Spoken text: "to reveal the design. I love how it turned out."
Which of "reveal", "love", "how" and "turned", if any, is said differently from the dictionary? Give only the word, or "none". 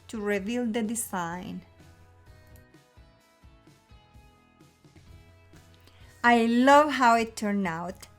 turned